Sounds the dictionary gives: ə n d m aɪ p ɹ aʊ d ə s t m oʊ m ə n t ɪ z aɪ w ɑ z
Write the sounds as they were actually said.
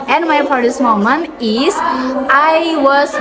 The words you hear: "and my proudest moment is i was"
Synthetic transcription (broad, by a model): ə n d m aɪ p aʊ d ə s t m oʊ m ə n ɪ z aɪ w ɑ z